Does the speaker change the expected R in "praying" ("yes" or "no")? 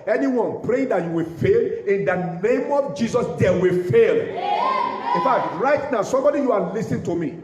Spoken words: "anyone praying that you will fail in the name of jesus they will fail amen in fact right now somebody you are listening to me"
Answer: no